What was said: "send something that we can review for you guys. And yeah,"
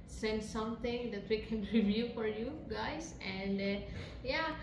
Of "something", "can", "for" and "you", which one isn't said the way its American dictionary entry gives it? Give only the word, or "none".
something